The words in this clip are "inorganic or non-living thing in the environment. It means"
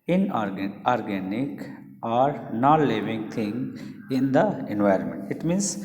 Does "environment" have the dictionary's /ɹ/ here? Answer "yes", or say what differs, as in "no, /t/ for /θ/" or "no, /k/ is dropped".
yes